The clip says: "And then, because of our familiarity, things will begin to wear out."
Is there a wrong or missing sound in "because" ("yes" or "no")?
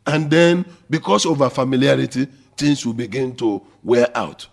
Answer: yes